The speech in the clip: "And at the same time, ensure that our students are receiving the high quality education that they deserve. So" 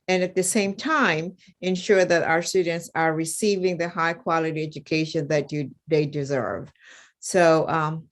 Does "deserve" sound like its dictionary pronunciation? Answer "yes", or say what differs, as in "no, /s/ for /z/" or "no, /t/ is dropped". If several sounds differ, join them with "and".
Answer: yes